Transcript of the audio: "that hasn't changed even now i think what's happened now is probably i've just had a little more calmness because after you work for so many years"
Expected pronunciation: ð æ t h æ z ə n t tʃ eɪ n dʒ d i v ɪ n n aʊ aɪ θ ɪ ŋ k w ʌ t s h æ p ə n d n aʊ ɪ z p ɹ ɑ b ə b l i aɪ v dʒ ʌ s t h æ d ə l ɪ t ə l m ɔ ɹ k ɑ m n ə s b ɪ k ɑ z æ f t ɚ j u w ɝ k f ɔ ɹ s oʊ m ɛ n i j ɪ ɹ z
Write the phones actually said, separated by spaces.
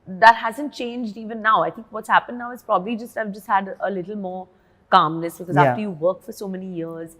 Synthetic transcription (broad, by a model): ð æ t h æ z ə n t tʃ eɪ n dʒ d i v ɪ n n aʊ aɪ t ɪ ŋ k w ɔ t s h æ p ə n d n aʊ ɪ z p ɹ ɑ b ə b l i aɪ v dʒ ʌ s t h æ d ə l ɪ t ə l m ɔ ɹ k ɑ m n ə s b ɪ k ɑ z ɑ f t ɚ j u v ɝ k f ɔ ɹ s oʊ m ɛ n i j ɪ ɹ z